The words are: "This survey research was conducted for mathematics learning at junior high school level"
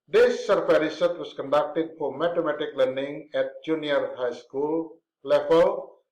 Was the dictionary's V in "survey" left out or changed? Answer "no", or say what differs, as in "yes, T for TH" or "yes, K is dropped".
yes, F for V